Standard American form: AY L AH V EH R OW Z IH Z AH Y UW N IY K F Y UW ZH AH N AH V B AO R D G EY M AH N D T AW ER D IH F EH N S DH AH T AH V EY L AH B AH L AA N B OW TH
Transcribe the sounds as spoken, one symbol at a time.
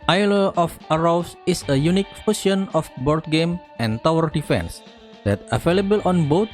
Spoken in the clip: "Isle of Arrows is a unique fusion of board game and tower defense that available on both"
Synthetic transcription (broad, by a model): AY L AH F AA R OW S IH S AH Y UW N IY K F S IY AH N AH F B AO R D G EY M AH N T AW ER D IH F EH N S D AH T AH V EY L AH B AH L AA N B OW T